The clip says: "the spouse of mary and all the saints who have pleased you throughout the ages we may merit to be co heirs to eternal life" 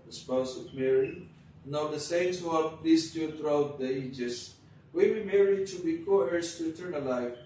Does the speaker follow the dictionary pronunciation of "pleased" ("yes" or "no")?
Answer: no